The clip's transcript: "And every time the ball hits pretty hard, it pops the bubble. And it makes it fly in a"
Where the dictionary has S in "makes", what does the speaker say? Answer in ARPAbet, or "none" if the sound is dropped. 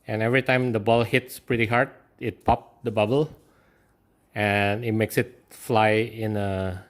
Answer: S